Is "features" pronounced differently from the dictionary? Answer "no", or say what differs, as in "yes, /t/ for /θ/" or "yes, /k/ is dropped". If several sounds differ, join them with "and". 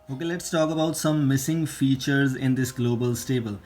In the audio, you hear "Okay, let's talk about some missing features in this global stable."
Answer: no